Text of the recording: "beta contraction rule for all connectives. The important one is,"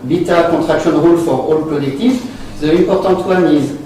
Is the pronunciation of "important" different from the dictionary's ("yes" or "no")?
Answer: yes